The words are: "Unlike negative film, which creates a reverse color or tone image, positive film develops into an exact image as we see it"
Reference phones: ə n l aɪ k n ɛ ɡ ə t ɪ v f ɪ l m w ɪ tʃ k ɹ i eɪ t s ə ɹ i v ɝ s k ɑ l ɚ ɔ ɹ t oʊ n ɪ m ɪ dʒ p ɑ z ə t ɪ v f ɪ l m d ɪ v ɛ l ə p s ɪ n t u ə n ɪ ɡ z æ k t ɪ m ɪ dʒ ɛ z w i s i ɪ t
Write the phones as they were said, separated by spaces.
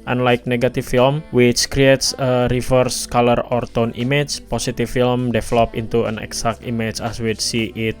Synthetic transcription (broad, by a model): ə n l aɪ k n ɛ ɡ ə t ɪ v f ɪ l m w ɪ tʃ k ɹ i eɪ t s ə ɹ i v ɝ s k ɑ l ɚ ɔ ɹ t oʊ n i m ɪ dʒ p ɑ s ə t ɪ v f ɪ l m d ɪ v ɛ l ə p ɪ n t u ə n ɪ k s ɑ k t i m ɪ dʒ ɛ s w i s i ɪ t